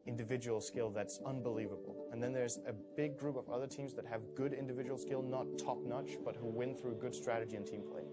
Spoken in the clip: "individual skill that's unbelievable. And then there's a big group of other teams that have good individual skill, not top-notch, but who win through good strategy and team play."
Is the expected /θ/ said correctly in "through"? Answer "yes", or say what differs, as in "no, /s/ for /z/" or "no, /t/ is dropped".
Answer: yes